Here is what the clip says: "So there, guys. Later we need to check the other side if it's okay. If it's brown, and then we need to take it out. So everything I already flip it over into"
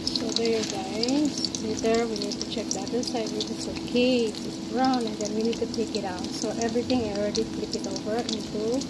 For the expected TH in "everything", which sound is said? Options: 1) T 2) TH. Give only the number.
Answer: 1